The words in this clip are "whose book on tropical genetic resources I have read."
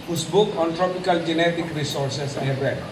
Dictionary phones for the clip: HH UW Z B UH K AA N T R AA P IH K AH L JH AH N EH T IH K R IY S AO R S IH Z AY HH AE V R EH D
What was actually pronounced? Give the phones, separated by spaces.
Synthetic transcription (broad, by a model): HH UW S B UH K AA N T R AA P IH K AH L JH AH N EH T IH K R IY S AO R S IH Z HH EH B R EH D